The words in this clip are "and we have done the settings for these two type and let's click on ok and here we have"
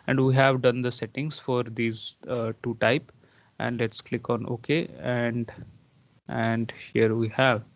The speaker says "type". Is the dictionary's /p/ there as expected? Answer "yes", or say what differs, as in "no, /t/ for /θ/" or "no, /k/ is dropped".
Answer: yes